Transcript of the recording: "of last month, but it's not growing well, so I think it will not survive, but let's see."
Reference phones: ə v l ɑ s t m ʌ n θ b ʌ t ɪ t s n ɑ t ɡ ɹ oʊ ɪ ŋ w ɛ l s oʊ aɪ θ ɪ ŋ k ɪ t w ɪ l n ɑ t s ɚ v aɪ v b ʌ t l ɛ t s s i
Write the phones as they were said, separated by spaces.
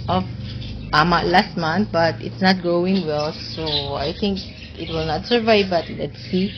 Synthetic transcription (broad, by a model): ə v l ɑ s t m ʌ n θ b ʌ t ɪ t s n ɑ t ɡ oʊ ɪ ŋ w ɛ l s oʊ aɪ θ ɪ ŋ k ɪ t w ɪ l n ɑ t s ɚ v aɪ v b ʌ t l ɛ t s s i